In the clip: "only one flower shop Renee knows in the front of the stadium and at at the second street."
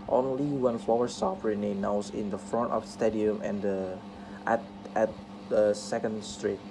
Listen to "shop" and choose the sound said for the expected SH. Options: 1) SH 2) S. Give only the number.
2